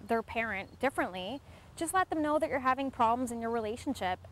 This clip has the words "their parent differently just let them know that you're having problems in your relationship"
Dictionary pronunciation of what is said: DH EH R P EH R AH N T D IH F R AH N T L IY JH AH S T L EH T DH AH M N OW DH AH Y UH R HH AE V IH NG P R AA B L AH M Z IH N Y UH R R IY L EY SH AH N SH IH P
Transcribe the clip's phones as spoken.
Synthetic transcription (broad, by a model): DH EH R P EH R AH N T D IH F R AH N T L IY JH AH S T L EH T DH AH M N OW DH AH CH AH R HH AE V IH NG P R AA B L AH M Z IH N Y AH R R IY L EY SH N SH IH P